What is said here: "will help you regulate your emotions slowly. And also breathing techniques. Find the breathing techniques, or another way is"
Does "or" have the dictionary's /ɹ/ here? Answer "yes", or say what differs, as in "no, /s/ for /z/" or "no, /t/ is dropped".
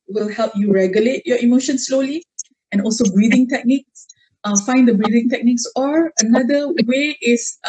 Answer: yes